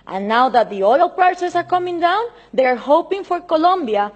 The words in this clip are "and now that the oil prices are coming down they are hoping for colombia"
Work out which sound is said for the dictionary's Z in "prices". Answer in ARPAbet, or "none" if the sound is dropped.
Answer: S